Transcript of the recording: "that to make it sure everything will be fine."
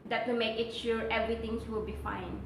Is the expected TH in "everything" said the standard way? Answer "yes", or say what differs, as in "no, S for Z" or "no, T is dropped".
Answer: no, T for TH